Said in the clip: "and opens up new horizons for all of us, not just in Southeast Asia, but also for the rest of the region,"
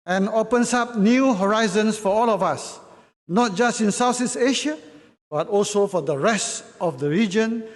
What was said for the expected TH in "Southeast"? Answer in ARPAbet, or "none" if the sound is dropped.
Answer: S